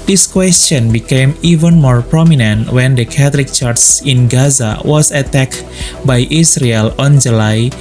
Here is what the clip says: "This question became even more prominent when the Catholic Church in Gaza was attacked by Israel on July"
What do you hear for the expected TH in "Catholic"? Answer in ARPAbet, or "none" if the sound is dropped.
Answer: T